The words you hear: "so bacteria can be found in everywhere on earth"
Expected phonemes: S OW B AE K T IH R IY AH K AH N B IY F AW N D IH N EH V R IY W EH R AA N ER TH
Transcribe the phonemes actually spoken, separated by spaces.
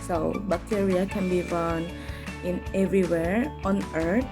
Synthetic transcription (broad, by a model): S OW B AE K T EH R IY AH K AH N B IY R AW N IH N EH V R IY W EH R AA N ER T